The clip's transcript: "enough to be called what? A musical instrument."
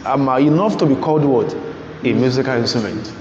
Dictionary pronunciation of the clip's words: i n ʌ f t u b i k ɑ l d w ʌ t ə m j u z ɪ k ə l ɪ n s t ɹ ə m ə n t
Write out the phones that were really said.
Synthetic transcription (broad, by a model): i n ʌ f t u b i k ɑ l d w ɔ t ə m j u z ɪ k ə l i n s t ɹ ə m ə n t